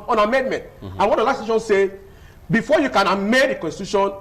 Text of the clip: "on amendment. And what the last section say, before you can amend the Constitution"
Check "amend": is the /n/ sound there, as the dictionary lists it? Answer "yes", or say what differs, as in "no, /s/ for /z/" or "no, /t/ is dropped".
no, /n/ is dropped